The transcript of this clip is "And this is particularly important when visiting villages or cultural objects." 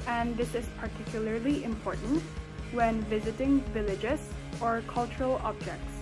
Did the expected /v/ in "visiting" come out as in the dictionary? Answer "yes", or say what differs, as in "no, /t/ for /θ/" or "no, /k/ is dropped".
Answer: yes